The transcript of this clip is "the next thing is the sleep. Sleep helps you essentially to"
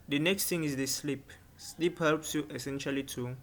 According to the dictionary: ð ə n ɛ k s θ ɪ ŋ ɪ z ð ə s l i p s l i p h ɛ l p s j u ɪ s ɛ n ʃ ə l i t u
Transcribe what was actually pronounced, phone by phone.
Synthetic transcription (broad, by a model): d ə n ɛ k s t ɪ ŋ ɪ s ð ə s l i p s l i p h ɛ l p s j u ɪ s ɛ n ʃ ə l i t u